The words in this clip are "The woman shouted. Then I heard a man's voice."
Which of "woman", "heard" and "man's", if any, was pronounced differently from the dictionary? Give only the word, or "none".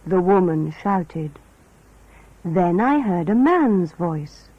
none